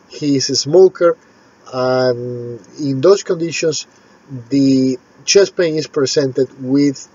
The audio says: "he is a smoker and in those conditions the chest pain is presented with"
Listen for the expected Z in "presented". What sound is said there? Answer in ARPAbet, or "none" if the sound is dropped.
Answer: S